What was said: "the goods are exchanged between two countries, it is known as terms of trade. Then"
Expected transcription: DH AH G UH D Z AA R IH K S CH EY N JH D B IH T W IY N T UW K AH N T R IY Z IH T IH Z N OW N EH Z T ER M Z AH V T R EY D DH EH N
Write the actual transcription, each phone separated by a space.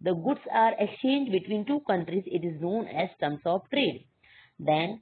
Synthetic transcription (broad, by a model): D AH G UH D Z AA R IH K S CH EY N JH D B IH T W IY N T UW K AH N T R IY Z IH T IH Z N OW N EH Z T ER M S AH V T R EY D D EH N